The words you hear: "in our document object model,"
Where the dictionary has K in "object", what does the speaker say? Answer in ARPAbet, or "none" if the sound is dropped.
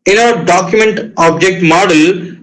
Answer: K